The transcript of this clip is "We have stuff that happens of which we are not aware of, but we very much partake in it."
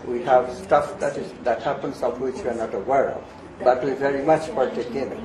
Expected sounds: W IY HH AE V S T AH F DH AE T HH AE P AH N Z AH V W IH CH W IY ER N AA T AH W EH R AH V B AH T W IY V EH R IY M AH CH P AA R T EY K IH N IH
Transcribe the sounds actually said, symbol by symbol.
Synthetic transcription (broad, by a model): W IY HH AE V S T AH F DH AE T HH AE P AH N S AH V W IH CH W IY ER N AA T AH W EH R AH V B AH T W IY V EH R IY M AH CH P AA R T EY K IH N